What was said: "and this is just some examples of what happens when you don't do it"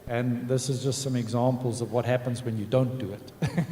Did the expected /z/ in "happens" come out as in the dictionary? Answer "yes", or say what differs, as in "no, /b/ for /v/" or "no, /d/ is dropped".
yes